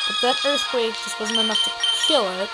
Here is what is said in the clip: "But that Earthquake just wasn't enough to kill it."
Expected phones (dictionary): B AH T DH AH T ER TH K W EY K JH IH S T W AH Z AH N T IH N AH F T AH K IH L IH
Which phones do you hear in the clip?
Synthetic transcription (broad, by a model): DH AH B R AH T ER S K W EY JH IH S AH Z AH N IH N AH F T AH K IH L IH